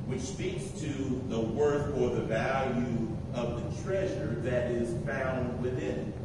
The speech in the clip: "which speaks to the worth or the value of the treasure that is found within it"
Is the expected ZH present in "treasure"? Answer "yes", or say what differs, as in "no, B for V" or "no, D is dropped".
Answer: yes